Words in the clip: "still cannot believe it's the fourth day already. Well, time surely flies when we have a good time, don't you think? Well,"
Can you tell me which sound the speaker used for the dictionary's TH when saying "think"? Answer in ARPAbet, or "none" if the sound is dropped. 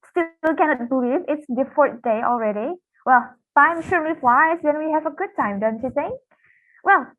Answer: S